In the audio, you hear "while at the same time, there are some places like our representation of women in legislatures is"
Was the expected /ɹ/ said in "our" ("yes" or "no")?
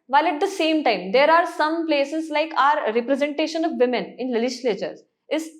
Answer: yes